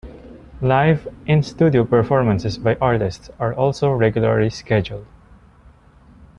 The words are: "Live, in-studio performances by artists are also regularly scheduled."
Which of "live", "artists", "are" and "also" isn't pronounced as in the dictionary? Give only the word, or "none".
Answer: none